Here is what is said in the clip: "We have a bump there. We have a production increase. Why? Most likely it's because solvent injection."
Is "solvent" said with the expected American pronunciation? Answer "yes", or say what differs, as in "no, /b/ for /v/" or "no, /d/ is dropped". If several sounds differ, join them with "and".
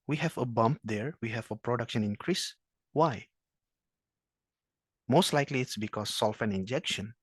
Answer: no, /f/ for /v/ and /t/ is dropped